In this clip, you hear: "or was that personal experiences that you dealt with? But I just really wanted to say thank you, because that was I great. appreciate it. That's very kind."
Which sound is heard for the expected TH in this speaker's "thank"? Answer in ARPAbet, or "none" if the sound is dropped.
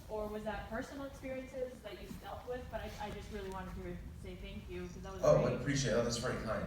TH